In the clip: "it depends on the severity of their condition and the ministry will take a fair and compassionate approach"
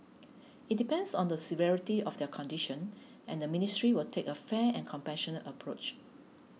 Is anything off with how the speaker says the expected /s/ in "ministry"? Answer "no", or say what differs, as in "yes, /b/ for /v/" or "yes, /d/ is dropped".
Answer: no